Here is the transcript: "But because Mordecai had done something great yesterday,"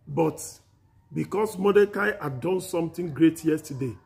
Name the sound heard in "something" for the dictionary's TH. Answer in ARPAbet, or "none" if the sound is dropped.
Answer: T